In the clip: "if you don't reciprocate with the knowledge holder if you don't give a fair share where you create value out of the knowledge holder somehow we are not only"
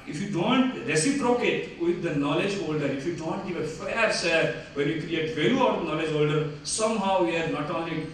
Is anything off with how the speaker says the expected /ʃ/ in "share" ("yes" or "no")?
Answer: yes